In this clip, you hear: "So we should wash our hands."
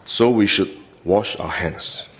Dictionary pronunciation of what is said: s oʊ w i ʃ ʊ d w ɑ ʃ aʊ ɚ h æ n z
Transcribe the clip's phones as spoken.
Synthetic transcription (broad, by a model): s oʊ w i ʃ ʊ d w ɑ ʃ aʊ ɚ h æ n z